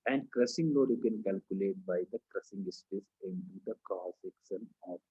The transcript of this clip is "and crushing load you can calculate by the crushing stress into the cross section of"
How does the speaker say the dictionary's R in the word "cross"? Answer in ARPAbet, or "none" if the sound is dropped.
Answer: none